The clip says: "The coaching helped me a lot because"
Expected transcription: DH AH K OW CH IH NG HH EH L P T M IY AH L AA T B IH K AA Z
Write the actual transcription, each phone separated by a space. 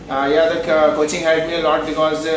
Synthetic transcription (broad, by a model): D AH K OW CH IH NG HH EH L T M IY AH L AA T B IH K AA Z